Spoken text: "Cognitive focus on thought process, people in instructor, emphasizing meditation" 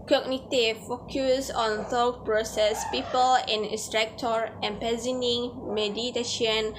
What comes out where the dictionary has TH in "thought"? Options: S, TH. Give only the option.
S